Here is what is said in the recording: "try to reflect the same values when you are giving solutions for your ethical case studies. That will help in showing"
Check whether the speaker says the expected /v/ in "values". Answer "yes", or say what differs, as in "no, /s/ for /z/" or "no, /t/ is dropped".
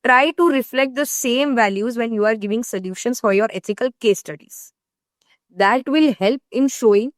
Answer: yes